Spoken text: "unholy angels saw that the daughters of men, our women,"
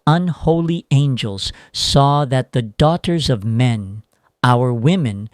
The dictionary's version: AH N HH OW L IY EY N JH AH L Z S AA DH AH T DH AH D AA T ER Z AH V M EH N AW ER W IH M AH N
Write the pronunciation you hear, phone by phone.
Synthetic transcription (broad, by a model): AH N HH OW L IY EY N JH AH L Z S AA DH AH T DH AH D AA T ER Z AH V M EH N AW ER W IH M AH N